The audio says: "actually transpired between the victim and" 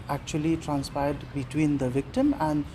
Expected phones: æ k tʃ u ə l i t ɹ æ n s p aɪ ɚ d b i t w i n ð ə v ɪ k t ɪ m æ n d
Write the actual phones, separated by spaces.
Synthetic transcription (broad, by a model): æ k tʃ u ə l i t ɹ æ n s p aɪ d d b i t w i n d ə v ɪ k t ɪ m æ n d